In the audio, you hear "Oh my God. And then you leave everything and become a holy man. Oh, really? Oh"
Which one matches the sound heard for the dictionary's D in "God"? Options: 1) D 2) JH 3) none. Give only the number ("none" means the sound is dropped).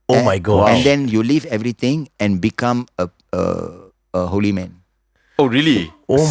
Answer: 3